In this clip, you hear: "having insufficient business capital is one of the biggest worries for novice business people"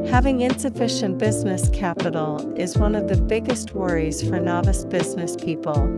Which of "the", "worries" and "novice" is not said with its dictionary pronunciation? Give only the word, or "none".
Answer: none